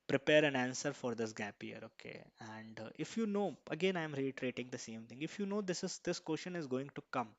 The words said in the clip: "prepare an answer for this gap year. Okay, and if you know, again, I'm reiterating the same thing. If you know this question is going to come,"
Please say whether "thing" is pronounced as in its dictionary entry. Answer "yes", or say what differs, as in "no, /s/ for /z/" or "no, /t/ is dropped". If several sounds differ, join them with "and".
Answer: no, /t/ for /θ/